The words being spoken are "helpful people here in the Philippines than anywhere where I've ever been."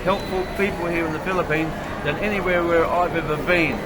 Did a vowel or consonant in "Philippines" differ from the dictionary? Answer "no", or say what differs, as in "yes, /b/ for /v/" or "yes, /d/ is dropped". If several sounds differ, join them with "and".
no